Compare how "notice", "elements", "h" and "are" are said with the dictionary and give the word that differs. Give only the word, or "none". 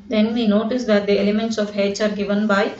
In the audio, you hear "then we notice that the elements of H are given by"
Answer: h